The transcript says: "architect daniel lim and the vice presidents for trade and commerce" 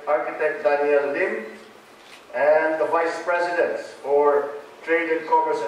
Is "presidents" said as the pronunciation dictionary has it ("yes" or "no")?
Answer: no